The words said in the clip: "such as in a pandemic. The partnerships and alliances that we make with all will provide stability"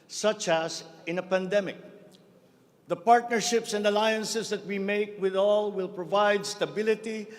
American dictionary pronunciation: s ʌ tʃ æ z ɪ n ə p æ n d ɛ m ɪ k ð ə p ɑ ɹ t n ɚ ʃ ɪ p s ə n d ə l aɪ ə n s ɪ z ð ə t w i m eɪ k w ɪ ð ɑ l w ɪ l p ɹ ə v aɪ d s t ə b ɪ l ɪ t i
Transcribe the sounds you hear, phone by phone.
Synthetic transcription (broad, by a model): s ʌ tʃ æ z ɪ n ə p æ n d ɛ m ɪ k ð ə p ɑ ɹ t n ɚ ʃ ɪ p s ə n d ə l aɪ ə n s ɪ s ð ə t w i m eɪ k w ɪ ð ɑ l w ɪ l p ɹ ə v aɪ d s t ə b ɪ l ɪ t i